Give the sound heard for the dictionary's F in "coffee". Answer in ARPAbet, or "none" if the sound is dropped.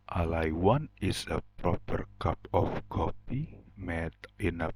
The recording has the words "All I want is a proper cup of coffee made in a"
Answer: P